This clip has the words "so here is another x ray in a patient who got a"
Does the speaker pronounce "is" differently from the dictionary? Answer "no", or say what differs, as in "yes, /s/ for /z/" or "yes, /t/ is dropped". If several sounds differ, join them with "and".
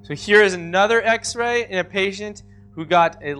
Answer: no